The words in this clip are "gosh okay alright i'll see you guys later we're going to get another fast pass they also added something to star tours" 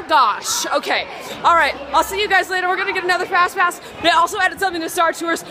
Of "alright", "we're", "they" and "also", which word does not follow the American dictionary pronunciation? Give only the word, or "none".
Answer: none